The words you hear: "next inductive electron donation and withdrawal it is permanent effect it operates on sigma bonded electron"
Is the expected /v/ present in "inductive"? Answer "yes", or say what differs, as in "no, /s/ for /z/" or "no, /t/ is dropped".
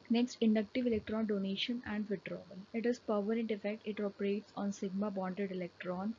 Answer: yes